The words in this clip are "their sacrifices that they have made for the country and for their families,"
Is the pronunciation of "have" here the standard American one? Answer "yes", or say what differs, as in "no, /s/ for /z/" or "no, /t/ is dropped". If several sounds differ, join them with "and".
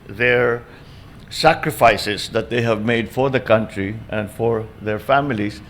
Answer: yes